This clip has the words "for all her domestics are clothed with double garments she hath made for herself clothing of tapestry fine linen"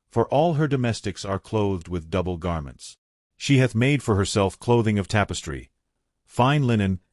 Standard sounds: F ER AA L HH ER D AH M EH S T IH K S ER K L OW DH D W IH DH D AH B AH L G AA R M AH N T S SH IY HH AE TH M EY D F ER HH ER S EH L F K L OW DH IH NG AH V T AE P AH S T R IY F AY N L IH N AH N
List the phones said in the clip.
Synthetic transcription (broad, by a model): F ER AA L HH ER D AH M EH S T IH K S ER K L OW DH D W IH DH D AH B L G AA R M AH N T S SH IY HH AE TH M EY D F ER HH ER S EH L F K L OW DH IH NG AH V T AE P AH S T R IY F AY N L IH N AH N